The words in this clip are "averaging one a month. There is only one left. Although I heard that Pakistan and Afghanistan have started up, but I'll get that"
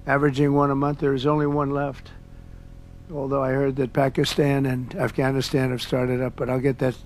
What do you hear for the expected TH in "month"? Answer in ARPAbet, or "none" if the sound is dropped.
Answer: TH